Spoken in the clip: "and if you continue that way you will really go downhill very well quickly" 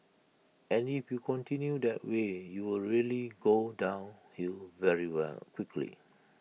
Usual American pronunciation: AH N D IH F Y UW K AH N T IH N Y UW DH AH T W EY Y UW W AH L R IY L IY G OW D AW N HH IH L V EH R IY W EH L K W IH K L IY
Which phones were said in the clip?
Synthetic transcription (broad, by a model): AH N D IH F Y UW K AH N T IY N Y UW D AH T W EY Y UW W AH L R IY L IY G OW D AW N HH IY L V EH R IY W EH L K W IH K L IY